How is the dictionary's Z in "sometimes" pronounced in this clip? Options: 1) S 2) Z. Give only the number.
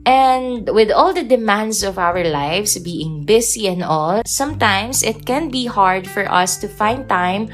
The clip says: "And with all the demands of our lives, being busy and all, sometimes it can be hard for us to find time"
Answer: 1